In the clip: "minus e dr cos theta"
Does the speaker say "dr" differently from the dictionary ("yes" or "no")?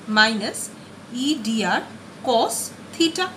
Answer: yes